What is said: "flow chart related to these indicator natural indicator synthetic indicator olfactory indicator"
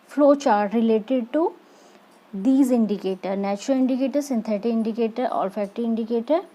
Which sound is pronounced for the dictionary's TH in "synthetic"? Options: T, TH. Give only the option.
T